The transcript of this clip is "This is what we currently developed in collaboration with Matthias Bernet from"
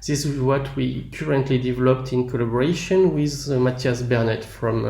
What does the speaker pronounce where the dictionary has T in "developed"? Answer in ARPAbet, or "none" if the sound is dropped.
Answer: T